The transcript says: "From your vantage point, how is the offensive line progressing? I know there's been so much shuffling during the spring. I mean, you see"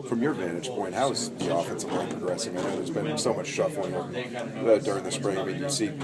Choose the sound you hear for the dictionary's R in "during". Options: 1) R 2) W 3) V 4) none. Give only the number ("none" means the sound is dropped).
1